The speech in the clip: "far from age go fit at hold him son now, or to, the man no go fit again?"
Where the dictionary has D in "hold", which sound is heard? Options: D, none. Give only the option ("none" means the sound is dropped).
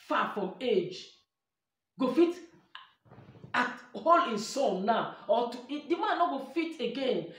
none